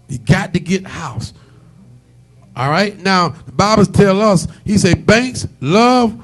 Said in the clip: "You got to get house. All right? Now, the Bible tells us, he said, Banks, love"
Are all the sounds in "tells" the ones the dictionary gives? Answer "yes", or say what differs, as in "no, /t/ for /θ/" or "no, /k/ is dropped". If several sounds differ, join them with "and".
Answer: no, /z/ is dropped